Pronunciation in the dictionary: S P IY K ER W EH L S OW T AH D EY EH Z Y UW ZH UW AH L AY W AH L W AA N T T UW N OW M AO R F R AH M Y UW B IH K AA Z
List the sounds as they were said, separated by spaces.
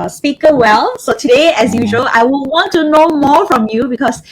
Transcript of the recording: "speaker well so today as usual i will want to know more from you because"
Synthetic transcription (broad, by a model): S P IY K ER W EH L S OW T AH D EY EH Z Y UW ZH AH L AY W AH N W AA N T T UW N OW M AO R F R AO M Y UW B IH K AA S